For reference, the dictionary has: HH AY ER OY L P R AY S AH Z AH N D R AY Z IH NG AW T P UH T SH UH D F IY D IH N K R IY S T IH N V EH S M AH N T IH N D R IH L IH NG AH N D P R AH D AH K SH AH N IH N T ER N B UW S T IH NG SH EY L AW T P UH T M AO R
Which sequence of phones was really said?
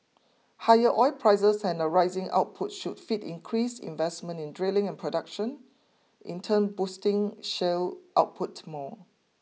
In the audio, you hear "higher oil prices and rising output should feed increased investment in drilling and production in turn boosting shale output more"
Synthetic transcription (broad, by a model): HH AY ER OY L P R AY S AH S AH N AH R AY Z IH NG AW T P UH T SH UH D F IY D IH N K R IY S IH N V EH S M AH N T IH N D R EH L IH NG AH N P R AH D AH K SH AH N IH N T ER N B UW S T IH NG SH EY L AW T P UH T M AO